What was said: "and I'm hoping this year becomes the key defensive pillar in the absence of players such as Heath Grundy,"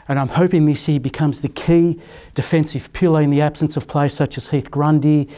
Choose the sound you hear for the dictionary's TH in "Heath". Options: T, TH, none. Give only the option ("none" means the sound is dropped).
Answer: TH